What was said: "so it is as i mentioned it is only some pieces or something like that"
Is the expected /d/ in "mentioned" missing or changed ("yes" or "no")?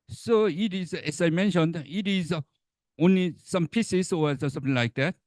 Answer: no